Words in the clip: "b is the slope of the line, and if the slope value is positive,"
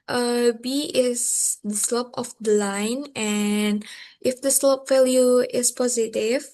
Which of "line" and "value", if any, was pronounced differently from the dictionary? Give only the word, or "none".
value